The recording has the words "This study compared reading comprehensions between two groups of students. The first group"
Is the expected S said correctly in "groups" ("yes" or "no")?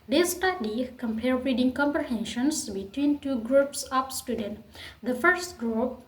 yes